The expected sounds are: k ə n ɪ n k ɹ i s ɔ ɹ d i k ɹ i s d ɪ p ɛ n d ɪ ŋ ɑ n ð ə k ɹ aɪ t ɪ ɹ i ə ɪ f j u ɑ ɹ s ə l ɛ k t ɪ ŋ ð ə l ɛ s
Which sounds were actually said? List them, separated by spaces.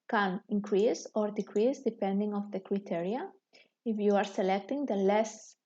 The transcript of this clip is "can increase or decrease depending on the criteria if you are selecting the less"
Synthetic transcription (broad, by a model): k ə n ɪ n k ɹ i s ɔ ɹ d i k ɹ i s d ɪ p ɛ n d ɪ ŋ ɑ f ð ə k ɹ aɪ t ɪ ɹ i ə ɪ f j u ɑ ɹ s ə l ɛ k t ɪ ŋ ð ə l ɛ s